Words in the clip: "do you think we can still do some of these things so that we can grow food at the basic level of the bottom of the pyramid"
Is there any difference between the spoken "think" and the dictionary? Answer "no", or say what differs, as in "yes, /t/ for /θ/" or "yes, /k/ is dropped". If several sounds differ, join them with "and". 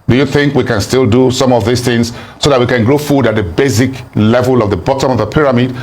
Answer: no